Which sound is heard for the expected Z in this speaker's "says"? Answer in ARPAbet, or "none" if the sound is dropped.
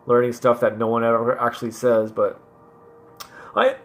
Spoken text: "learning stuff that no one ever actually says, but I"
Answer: Z